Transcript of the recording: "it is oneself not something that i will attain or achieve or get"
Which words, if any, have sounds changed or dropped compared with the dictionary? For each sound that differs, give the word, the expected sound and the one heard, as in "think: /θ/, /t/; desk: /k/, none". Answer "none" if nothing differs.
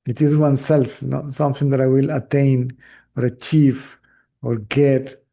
achieve: /v/, /f/